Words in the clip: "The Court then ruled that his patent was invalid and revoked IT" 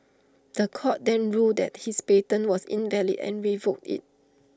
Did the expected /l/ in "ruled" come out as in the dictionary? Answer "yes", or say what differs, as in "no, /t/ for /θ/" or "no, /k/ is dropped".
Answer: no, /l/ is dropped